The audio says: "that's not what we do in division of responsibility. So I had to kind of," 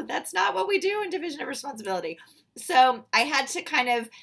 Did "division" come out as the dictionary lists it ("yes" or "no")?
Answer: yes